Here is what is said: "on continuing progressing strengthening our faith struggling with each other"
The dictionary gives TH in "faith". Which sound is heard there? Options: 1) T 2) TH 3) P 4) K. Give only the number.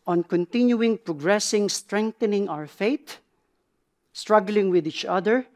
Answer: 1